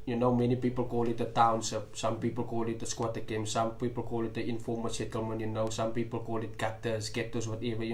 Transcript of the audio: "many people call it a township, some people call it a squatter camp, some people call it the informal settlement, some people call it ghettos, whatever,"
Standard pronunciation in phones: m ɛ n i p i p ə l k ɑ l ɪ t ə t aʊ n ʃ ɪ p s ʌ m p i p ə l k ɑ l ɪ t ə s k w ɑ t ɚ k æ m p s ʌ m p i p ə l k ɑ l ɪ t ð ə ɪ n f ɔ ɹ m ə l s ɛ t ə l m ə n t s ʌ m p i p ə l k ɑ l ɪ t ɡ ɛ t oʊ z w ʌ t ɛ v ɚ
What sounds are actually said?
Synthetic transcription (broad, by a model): m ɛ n i p i p ə l k ɑ l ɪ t ə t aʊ n s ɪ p s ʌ m p i p ə l k ɑ l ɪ t ə s k w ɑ t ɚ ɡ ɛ m s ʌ m p i p ə l k ɑ l ɪ t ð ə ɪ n f ɔ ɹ m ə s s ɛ t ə l m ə n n s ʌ m p i p ə l k ɑ l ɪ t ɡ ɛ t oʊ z w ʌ t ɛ v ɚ